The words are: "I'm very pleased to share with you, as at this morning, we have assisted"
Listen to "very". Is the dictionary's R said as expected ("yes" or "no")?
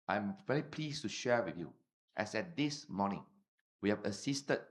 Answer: no